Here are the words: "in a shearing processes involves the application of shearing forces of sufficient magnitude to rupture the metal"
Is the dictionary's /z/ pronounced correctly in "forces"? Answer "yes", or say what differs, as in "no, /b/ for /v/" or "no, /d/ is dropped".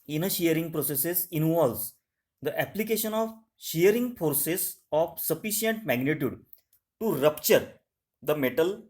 no, /s/ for /z/